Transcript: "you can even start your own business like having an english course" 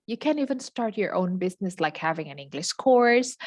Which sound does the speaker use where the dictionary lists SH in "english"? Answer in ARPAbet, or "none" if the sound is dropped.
SH